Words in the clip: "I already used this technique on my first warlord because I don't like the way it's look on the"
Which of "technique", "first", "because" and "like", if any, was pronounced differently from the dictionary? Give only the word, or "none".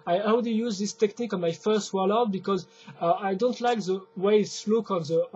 none